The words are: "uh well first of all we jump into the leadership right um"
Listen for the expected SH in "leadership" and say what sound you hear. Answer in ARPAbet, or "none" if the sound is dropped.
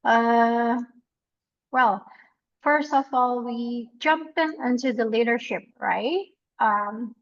SH